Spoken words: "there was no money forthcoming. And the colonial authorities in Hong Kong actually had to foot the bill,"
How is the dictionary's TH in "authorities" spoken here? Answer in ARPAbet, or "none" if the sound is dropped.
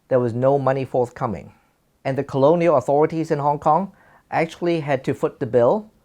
TH